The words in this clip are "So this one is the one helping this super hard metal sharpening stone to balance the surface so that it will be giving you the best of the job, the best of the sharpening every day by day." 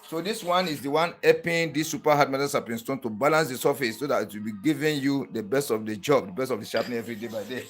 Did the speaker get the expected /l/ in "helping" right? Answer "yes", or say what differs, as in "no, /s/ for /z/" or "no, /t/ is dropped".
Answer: no, /l/ is dropped